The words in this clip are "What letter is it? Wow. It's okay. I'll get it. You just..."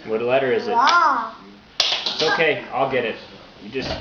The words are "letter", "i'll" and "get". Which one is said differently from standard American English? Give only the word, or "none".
none